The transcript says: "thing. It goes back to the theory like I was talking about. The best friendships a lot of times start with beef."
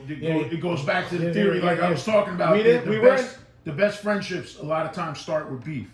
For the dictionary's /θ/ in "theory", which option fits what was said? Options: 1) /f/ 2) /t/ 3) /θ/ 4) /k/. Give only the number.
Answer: 3